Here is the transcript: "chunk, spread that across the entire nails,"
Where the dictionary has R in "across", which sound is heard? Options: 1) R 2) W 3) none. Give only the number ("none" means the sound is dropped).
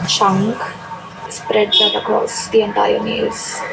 3